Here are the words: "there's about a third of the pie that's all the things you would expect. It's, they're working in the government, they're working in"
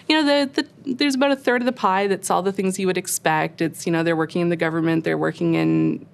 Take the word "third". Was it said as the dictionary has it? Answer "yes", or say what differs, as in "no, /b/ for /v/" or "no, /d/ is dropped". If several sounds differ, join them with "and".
yes